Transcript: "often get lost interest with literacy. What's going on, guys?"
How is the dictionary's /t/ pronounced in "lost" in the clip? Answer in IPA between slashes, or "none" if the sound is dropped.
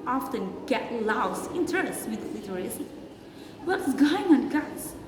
none